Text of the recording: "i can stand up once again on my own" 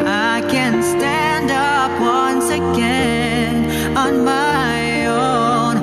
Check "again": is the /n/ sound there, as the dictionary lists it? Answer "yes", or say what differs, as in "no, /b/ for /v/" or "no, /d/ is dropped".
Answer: yes